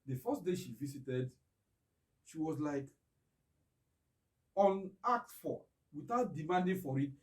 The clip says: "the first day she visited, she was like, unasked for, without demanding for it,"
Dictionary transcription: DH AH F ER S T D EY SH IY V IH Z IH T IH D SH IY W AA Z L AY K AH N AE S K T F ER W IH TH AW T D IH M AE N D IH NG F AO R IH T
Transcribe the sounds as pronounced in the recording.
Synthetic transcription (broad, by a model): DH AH F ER S T D EY SH IY V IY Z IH T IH D SH IY W AA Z L AY K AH N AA K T F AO W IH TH AW T D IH M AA N D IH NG F AO R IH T